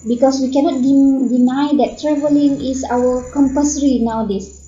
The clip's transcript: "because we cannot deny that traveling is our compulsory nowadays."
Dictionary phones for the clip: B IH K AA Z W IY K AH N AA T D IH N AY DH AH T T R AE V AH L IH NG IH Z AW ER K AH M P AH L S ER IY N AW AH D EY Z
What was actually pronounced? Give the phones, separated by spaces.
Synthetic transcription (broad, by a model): B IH K AA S W IY K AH N AA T D IH N AY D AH T T R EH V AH L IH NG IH S AW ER K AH M P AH S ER IY N AW D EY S